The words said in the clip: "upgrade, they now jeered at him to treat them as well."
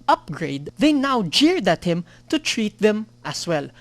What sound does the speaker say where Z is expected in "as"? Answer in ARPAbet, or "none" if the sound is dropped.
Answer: S